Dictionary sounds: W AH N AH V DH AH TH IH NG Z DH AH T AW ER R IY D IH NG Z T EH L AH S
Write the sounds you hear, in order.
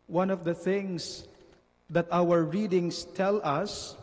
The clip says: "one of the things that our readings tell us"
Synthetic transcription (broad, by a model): W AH N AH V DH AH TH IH NG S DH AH T AW ER R IY D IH NG S T EH L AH S